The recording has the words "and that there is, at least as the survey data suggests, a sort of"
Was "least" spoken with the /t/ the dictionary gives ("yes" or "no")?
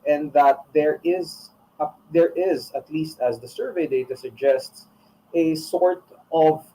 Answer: yes